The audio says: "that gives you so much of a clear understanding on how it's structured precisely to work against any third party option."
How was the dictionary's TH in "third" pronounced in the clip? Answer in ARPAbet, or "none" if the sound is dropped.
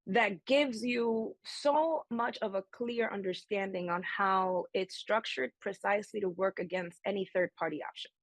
TH